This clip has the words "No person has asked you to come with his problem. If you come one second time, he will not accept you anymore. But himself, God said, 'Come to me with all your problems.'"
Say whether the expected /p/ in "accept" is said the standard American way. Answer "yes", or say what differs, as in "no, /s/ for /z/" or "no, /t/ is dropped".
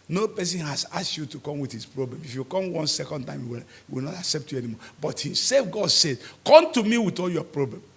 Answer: yes